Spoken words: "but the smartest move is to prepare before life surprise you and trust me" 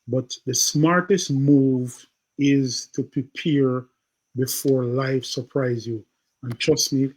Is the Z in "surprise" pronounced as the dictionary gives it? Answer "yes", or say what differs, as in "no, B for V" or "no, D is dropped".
yes